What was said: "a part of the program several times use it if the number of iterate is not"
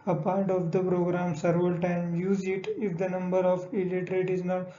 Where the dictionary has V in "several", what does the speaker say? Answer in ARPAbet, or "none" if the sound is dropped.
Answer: none